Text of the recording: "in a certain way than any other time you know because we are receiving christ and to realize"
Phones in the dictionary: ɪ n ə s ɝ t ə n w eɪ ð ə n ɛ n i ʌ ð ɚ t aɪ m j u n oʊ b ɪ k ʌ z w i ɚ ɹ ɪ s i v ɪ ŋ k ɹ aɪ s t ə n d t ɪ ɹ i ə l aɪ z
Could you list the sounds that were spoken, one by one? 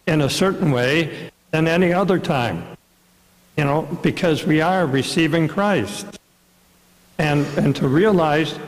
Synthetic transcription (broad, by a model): ɪ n ə s ɝ t n w eɪ ð ə n ɛ n i ʌ ð ɚ t aɪ m j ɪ n oʊ b ɪ k ʌ z w i ɚ ɹ ɪ s i v ɪ ŋ k ɹ aɪ s t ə n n t ɪ ɹ i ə l aɪ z